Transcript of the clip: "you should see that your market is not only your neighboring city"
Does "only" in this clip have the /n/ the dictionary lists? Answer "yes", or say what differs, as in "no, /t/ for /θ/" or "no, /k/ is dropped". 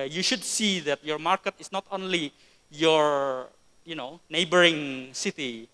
yes